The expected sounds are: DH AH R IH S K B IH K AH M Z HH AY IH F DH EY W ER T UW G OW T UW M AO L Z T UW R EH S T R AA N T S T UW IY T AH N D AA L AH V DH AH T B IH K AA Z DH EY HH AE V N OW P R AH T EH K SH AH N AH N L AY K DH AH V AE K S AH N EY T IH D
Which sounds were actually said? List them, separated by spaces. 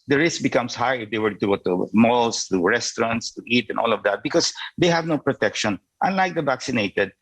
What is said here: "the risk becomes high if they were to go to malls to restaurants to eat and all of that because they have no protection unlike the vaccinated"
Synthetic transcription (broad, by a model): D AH R IH S K B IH K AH M S HH AY IH F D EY W ER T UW G OW T UW M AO L S T UW R EH S T R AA N T S T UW IY T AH N AA L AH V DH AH T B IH K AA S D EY HH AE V N OW P R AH T EH K SH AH N AH N L AY K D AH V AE K S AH N EY T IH D